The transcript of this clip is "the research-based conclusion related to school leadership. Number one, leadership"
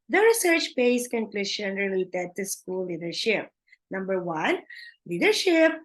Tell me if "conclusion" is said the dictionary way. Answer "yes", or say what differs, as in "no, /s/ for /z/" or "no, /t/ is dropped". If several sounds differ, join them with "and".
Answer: no, /ʃ/ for /ʒ/